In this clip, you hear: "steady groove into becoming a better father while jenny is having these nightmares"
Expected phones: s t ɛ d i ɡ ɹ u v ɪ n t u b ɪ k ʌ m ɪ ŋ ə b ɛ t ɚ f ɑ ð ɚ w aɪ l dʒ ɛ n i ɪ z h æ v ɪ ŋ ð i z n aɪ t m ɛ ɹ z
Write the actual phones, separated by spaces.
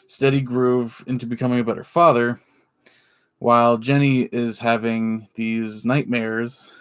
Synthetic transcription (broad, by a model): s t ɛ d i ɡ ɹ u v ɪ n t u b ɪ k ʌ m ɪ ŋ ə b ɛ t ɚ f ɑ ð ɚ w aɪ l dʒ ɛ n i ɪ z h æ v ɪ ŋ ð i z n aɪ t m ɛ ɹ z